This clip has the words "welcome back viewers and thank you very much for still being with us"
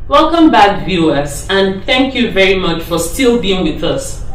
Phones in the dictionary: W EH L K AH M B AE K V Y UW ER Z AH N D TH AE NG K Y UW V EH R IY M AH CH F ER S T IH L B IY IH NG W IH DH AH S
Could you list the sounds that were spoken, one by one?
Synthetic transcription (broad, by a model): W EH L K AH M B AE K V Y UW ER S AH N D TH AE NG K Y UW V EH R IY M AH CH F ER S T IH L B IY IH NG W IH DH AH S